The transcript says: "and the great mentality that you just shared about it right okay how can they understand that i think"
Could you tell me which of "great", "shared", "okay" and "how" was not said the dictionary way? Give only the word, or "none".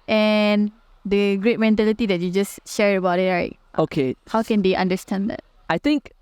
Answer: shared